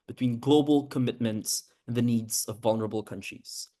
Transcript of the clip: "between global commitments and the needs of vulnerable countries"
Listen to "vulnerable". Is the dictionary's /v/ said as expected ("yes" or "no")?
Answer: yes